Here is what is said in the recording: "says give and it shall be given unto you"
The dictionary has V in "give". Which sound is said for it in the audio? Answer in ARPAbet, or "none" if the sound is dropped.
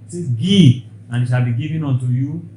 none